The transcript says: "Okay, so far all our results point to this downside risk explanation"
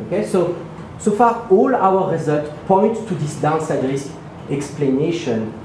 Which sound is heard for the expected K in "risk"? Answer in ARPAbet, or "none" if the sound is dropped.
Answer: none